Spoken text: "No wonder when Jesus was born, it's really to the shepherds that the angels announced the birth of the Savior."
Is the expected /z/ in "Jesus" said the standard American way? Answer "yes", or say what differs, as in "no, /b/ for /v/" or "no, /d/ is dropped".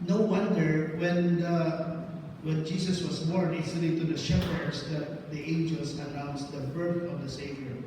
no, /s/ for /z/